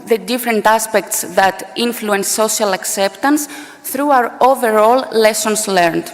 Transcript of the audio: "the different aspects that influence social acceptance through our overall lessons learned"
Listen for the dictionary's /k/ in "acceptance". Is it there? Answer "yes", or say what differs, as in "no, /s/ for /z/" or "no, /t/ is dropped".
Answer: yes